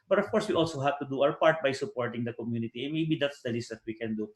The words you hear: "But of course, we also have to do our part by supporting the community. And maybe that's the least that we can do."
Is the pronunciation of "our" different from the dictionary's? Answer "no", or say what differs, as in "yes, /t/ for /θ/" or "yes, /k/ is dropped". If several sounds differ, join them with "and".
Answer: yes, /w/ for /ɹ/